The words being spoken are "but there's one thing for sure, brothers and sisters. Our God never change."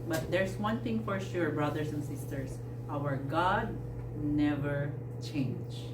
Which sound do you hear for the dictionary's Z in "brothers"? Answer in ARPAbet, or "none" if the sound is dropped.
S